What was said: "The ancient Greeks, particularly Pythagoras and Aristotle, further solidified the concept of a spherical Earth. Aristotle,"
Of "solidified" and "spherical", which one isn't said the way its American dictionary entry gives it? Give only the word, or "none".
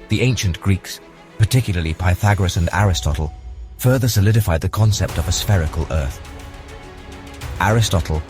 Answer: none